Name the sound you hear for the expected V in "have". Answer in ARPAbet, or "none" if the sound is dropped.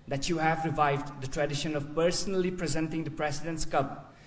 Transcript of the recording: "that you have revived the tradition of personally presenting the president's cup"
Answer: V